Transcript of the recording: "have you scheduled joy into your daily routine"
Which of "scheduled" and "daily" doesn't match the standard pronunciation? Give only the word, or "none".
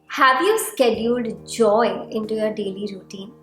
none